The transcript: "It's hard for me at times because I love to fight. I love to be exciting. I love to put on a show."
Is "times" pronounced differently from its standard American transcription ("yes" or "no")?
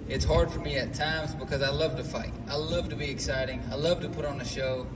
no